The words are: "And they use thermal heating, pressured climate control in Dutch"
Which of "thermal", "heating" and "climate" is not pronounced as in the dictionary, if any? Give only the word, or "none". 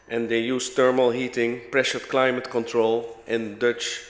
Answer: thermal